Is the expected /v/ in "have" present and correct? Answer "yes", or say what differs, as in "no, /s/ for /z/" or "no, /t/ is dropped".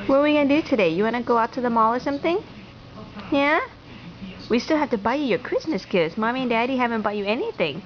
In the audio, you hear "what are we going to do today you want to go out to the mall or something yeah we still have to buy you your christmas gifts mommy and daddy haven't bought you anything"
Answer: no, /f/ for /v/